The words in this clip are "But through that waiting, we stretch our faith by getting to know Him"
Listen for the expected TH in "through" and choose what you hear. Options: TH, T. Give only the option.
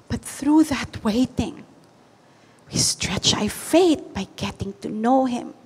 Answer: TH